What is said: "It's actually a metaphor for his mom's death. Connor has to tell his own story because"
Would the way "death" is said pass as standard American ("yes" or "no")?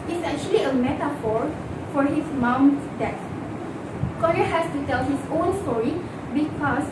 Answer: no